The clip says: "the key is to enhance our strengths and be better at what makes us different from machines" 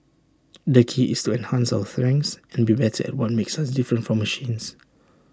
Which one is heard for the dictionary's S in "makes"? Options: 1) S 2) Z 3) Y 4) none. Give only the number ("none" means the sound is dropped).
1